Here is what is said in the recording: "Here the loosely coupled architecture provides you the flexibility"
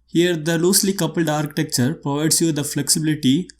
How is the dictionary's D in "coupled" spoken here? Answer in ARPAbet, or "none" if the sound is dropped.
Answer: D